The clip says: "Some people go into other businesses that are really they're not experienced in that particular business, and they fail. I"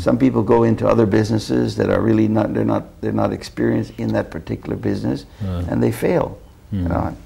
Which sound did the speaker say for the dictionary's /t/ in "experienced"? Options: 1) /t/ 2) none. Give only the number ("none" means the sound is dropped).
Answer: 1